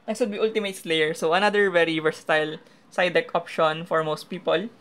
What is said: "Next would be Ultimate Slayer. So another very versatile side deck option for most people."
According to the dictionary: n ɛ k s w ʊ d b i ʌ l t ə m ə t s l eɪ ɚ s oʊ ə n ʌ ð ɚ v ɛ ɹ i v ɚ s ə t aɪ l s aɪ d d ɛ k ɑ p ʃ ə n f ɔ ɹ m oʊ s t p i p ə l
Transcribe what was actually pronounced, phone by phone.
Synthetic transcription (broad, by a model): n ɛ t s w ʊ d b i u l t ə m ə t s l eɪ ɚ s oʊ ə n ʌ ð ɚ v ɛ ɹ i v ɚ s t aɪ l s aɪ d d ɛ k ɑ p ʃ ə n f ɔ ɹ m oʊ s t p i p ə l